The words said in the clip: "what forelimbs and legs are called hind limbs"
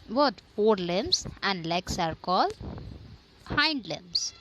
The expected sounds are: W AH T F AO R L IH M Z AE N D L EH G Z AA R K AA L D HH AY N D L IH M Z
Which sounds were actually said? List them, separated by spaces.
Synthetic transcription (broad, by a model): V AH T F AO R L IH M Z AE N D L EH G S AA R K AA L D HH AY N D L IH M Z